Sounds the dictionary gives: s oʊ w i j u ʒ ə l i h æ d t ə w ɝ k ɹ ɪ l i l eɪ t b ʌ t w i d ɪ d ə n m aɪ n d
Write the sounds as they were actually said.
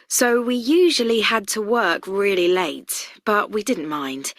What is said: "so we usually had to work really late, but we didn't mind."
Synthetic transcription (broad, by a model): s oʊ w i j u ʒ ə l i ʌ d t ə w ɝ k ɹ ɪ l i l eɪ t b ʌ t w i d ɪ d n m aɪ n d